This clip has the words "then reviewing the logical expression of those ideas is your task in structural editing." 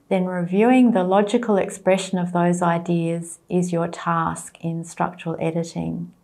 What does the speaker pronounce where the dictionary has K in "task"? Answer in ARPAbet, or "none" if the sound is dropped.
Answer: K